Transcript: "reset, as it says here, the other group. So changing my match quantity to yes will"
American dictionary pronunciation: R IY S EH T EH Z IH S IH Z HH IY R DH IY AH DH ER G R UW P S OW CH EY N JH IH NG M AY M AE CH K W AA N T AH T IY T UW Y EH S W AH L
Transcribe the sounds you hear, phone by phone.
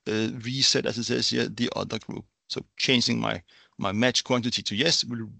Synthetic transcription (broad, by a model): R IY S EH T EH S IH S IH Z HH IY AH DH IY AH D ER G R UW P S OW CH EY N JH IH NG M AY M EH CH K W AA N T AH T IY T UW Y EH S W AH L